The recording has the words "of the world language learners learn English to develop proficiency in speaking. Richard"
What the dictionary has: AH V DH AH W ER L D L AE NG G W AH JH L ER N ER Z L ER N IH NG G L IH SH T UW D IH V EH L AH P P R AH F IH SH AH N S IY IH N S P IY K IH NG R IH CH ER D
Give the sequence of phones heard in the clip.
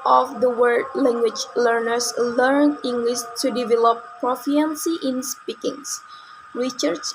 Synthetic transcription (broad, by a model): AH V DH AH W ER D L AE NG G W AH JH L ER N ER S L ER N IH NG G L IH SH T UW D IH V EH L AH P P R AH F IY AH N S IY IH N S P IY K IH NG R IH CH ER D